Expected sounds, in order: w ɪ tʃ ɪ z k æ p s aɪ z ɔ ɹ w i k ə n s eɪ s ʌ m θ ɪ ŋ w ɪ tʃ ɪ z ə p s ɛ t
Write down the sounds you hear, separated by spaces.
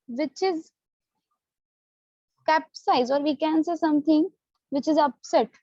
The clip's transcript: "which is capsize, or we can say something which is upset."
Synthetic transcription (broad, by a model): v ɪ tʃ ɪ z k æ p s aɪ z ɔ ɹ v i k ə n s eɪ s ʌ m t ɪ ŋ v ɪ tʃ ɪ z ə p s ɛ t